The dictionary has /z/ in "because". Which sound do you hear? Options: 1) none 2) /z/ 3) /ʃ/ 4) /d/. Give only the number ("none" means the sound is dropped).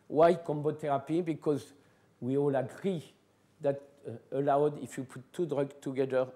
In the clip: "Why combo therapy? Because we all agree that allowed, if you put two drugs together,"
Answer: 2